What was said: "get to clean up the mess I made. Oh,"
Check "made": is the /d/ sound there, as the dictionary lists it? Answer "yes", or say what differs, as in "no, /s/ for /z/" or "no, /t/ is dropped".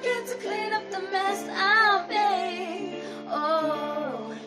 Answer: no, /d/ is dropped